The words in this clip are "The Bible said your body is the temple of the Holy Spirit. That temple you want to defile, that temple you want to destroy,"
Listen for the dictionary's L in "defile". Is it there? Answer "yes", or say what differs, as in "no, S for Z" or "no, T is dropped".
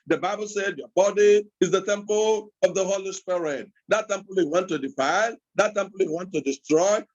no, N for L